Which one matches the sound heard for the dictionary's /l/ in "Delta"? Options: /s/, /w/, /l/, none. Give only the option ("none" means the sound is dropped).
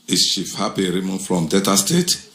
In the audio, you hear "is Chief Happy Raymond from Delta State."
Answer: none